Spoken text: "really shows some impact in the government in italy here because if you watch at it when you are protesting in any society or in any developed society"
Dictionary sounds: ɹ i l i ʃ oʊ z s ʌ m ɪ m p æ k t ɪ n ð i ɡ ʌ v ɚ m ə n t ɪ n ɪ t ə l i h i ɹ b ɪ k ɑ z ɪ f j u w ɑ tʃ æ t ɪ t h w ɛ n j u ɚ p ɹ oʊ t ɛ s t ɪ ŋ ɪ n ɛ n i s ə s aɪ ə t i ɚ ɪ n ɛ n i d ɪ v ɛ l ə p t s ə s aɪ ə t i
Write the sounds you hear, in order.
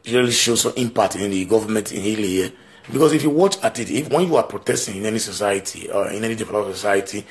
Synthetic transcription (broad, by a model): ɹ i l i ʃ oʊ s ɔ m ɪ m p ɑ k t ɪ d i ɡ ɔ v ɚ m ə n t ɪ n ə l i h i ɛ b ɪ k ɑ s ɪ f j u w ɑ tʃ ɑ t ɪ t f w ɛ n j u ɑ p ɹ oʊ t ɛ s t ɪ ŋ ɪ n ɛ n i s ə s aɪ ə t i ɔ ɪ n ɛ n i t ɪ f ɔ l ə s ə s aɪ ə t i